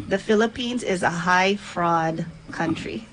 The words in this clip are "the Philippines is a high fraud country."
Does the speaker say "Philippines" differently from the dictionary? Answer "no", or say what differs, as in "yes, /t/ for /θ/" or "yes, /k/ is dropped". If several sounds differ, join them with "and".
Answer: no